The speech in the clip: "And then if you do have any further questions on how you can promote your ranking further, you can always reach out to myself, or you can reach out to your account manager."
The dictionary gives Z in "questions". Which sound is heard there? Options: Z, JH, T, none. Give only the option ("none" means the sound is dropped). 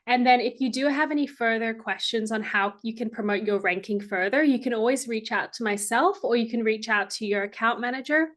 Z